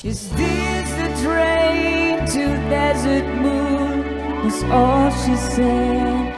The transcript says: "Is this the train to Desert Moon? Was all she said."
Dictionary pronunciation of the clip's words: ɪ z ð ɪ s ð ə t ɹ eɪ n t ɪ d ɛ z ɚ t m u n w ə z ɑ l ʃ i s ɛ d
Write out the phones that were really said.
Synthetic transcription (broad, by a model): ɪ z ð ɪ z ð ə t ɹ eɪ n t ɪ d ɛ z ɚ t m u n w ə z ɑ l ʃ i s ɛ